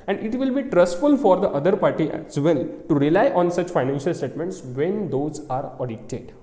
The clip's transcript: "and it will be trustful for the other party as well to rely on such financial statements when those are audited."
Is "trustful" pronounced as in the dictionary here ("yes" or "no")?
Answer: yes